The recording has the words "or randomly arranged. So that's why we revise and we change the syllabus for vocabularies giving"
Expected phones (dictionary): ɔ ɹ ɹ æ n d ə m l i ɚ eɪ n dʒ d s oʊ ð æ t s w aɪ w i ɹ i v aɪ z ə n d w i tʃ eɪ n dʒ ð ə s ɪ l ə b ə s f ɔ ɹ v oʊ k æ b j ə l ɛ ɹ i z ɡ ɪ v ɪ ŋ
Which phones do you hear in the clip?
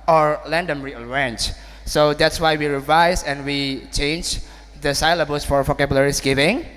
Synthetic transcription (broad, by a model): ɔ ɹ l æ n d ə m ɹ i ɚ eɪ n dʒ s oʊ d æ t s w aɪ w i ɹ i v aɪ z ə n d w i tʃ eɪ n dʒ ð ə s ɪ l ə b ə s f ɔ ɹ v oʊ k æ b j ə l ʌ ɹ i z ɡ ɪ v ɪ ŋ